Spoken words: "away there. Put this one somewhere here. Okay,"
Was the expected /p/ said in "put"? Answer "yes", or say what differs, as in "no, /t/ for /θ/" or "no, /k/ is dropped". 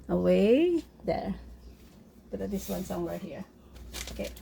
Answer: no, /b/ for /p/